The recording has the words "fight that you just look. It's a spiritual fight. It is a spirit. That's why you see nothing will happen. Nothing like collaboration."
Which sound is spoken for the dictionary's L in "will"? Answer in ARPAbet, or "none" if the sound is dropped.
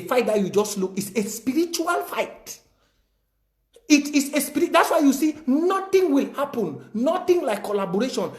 L